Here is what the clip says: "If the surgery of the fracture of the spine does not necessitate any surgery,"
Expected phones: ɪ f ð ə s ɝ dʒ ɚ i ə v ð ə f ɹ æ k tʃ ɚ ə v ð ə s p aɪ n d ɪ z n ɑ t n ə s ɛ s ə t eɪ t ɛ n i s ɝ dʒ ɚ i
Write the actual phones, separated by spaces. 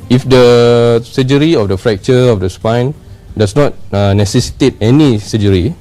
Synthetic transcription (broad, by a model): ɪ f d ə s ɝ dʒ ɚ i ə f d ə f ɹ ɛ k tʃ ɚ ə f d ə s p aɪ n d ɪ s n ɑ t n ə s ɛ s ə t eɪ t ɛ n i s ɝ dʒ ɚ i